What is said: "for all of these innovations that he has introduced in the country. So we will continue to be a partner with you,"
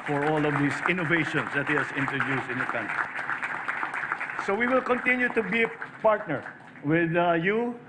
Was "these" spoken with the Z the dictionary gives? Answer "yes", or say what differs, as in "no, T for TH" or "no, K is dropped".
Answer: no, S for Z